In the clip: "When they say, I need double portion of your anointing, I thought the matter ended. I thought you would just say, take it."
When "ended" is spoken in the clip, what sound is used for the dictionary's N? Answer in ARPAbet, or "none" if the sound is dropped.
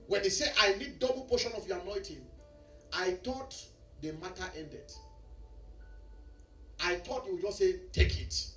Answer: N